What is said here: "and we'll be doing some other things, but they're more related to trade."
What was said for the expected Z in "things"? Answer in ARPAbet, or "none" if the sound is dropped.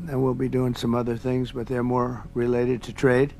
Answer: Z